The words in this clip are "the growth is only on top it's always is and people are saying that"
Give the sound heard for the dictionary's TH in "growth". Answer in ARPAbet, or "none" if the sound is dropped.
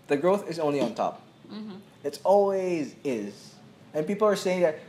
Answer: TH